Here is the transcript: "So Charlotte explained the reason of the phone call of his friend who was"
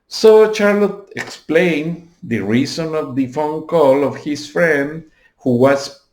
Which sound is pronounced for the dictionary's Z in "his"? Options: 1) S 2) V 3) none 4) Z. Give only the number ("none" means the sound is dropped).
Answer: 1